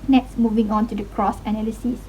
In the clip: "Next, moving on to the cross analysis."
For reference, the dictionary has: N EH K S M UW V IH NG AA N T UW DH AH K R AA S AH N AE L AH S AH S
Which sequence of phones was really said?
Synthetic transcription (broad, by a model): N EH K S M UW V IH NG AA N T UW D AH K R AA S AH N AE L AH S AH S